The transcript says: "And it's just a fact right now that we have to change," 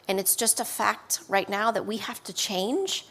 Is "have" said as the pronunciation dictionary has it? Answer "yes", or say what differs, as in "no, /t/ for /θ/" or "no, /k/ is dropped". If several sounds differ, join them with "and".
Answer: no, /f/ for /v/